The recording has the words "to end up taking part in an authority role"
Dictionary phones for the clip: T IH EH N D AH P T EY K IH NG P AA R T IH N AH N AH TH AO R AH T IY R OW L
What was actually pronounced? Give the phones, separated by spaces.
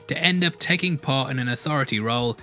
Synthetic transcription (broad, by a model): T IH EH N D AH P T EY K IH NG P AA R T IH N AH N AH TH AO R AH T IY R OW L